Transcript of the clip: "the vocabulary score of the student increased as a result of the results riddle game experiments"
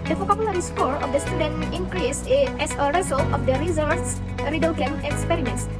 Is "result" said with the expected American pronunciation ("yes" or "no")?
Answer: no